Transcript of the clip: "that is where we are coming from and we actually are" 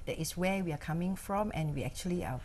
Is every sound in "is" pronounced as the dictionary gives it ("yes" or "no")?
no